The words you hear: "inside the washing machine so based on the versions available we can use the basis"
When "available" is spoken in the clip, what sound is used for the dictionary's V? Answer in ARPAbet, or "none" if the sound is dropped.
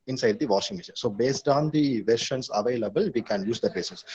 V